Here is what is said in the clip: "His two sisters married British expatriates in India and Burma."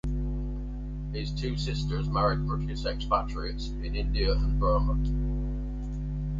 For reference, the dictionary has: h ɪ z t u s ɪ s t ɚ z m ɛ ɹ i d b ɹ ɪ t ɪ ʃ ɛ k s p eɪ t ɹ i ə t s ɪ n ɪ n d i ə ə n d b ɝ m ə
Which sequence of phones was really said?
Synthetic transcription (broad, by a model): h ɪ z t u s ɪ s t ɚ z m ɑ ɹ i d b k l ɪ s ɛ k s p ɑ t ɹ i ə t s ɪ n ɪ n d i ə ə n b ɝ m ə